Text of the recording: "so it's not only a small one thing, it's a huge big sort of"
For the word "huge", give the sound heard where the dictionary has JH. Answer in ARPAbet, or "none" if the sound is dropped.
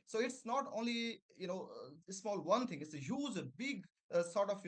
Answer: Z